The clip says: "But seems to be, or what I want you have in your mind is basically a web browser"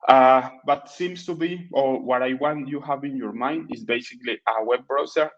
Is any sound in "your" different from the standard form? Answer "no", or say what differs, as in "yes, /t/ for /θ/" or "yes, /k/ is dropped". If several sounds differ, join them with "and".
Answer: no